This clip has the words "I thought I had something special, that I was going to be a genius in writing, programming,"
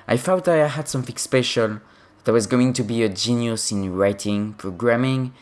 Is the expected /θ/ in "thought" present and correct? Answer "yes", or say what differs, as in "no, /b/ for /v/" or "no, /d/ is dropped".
no, /f/ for /θ/